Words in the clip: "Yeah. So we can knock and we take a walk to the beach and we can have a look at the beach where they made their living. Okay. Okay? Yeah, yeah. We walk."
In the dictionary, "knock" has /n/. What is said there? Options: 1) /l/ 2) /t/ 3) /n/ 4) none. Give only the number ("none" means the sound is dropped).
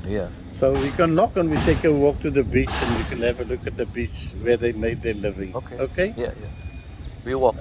1